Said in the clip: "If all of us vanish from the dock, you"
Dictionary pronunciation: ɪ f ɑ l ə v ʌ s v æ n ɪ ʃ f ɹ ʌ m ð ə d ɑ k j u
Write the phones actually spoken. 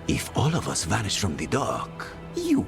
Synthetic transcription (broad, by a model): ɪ f ɑ l ə v ʌ s v æ n ɪ ʃ f ɹ ʌ m ð ə d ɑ k j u